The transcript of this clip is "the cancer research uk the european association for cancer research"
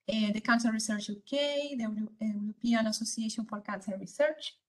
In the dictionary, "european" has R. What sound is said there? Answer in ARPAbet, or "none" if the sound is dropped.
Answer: W